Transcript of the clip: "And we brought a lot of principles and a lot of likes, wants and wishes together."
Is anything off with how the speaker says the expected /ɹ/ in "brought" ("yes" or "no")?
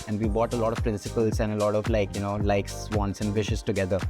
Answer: yes